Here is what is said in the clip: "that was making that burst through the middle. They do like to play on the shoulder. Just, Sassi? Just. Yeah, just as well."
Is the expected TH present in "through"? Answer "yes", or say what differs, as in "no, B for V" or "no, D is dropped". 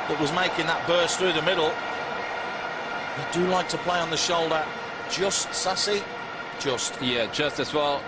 yes